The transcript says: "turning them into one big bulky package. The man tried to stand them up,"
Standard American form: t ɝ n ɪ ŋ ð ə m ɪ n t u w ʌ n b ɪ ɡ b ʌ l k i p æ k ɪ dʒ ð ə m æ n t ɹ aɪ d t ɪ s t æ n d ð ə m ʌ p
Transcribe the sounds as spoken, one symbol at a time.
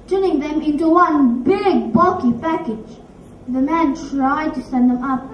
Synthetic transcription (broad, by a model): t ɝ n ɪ ŋ ð ə m ɪ n t u w ʌ n b ɪ ɡ b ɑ k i p æ k ɪ dʒ ð ə m æ n t ɹ aɪ d t ɪ s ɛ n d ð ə m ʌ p